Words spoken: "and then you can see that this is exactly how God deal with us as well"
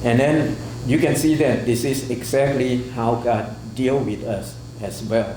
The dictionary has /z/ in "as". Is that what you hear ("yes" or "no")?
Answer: no